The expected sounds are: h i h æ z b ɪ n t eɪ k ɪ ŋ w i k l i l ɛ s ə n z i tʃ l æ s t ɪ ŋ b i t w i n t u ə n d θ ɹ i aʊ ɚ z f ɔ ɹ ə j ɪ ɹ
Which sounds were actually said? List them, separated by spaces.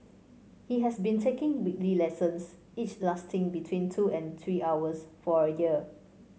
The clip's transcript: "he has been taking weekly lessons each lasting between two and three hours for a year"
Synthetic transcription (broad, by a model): h i h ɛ s b ɪ n t eɪ k ɪ ŋ w i k l i l ɛ s ə n s i tʃ l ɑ s t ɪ ŋ b i t w i n t u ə n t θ ɹ i aʊ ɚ s f ɔ ɹ ə j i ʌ